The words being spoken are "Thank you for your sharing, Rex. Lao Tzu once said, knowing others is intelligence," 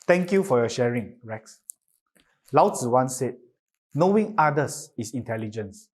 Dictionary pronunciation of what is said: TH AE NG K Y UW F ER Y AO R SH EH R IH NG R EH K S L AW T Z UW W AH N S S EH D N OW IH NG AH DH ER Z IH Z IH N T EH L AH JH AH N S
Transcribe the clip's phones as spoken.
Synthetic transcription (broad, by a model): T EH NG K Y UW F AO Y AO SH EH R IH NG R EH K S L AW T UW W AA N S S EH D N OW IH NG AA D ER S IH S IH N T EH L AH JH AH N S